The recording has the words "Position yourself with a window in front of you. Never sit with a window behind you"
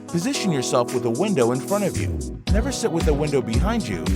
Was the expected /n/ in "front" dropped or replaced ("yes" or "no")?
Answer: yes